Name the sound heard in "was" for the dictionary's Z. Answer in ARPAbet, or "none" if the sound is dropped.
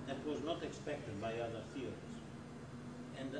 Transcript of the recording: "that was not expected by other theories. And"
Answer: Z